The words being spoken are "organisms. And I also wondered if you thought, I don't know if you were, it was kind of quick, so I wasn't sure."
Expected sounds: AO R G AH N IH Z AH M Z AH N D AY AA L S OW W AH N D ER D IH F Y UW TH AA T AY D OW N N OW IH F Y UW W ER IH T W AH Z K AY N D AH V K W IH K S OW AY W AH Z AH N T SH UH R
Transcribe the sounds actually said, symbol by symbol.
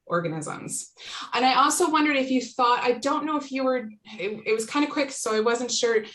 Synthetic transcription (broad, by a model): AO R G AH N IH Z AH M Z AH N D AY AA L S OW W AH N D ER D IH F Y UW TH AA T AY D OW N N OW IH F Y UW W ER IH T W AH Z K AY N D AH K W IH K S OW AY W AH Z AH N T SH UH R